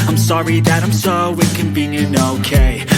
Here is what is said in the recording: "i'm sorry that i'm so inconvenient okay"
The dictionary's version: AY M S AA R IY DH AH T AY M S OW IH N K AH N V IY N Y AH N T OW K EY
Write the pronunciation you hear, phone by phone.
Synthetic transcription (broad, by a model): AY M S AA R IY DH AH T AY M S OW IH K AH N B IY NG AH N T OW K EY